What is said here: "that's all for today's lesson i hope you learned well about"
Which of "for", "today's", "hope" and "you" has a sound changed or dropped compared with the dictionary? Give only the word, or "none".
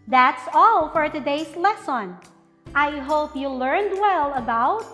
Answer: today's